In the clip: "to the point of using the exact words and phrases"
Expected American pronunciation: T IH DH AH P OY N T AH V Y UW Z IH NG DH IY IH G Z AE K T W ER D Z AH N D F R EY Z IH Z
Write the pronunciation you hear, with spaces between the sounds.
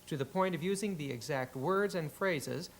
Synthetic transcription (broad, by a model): T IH DH AH P OY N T AH V Y UW Z IH NG DH IY IH G Z AE K T W ER D Z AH N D F R EY Z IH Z